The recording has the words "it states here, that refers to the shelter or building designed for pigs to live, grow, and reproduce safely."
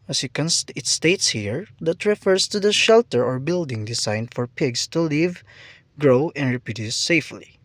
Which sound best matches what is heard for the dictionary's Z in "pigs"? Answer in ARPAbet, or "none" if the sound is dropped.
S